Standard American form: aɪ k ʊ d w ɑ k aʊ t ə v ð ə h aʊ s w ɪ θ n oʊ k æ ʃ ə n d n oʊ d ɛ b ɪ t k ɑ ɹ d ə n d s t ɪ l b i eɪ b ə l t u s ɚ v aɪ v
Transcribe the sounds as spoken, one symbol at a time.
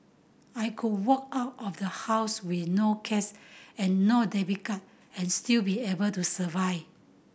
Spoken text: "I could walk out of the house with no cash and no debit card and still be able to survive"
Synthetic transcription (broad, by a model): aɪ k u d w ɑ k aʊ t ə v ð ə h aʊ s w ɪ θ n oʊ k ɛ s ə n n oʊ d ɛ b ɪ k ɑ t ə n s t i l b i eɪ b ə l t u s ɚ v aɪ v